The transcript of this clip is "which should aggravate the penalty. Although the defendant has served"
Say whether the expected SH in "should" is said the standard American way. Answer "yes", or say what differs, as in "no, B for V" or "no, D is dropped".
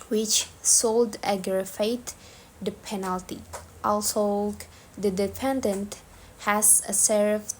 no, S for SH